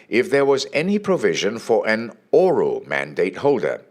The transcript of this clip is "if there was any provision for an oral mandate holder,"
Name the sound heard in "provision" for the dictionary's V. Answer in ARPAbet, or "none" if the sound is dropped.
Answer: V